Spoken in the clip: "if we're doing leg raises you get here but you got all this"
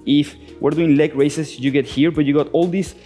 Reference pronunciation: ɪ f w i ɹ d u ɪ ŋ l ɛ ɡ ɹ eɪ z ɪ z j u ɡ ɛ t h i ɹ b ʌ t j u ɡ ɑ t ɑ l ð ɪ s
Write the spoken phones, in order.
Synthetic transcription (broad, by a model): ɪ f w i ɹ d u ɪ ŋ l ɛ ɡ ɹ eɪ s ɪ s j u ɡ ɛ t h i ɹ b ʌ t j u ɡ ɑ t ɑ l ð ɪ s